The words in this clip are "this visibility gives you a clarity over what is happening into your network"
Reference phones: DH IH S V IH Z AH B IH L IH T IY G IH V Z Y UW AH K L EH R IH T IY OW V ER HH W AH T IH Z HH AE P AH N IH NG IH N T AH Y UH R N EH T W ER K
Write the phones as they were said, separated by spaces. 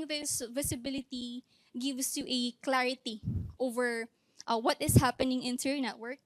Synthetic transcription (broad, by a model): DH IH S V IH S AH B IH L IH T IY G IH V S Y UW AH K L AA R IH T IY OW V ER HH W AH T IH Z HH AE P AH N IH NG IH N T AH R N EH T W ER K